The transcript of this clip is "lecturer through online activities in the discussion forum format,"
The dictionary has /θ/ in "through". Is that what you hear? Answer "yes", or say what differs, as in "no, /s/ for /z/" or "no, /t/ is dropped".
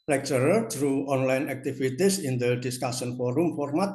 no, /t/ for /θ/